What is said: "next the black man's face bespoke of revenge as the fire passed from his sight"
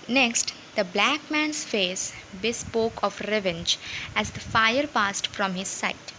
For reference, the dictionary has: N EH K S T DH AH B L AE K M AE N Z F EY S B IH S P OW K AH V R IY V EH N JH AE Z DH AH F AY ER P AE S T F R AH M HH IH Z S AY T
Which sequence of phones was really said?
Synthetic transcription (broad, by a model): N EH K S T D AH B L AE K M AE N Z F EY S B IH S P OW K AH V R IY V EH N JH AE Z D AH F AY ER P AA S T F R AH M HH IH Z S AY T